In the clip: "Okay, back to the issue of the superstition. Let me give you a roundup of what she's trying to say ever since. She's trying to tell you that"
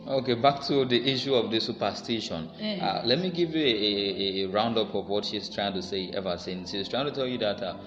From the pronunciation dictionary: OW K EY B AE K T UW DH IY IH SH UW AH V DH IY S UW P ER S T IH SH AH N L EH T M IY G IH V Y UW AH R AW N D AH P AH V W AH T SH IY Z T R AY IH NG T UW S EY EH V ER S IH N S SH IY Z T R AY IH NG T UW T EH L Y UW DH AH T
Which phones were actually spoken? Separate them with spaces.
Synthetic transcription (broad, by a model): OW K EY B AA K T UW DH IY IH SH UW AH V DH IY S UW P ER S T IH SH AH N L EH T M IY G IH V Y UW AH R AW N D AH P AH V W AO T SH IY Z T R AY IH NG T UW S EY EH V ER S IH N S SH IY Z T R AY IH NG T UW T EH L Y UW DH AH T